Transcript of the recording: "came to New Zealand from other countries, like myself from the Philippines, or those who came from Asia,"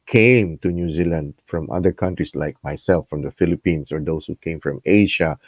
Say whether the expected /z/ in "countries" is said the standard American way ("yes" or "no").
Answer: no